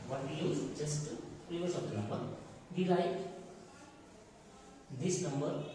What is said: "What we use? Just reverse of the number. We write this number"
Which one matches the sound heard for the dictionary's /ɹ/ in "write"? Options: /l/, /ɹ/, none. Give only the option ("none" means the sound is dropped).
/l/